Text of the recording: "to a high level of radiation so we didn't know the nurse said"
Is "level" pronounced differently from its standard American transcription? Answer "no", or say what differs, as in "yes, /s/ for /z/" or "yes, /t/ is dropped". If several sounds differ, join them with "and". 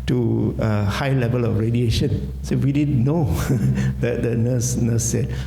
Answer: no